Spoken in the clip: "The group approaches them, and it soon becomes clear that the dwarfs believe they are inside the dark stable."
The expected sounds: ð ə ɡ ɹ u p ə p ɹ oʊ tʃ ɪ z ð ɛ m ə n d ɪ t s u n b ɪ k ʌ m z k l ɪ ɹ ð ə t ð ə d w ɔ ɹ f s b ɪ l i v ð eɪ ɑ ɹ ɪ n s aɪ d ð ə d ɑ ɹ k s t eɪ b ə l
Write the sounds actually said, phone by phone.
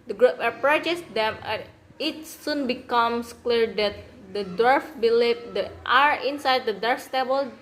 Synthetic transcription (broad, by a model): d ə ɡ ɹ u p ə p ɹ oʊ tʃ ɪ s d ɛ m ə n ɪ t s u n b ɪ k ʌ m s k l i ɹ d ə t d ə d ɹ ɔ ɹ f b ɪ l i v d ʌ ɑ ɹ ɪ n s aɪ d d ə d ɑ ɹ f s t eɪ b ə l